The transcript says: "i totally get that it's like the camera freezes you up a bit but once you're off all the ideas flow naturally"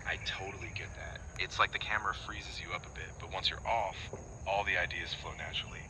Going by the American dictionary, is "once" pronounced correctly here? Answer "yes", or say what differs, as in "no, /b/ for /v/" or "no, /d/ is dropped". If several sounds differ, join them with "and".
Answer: yes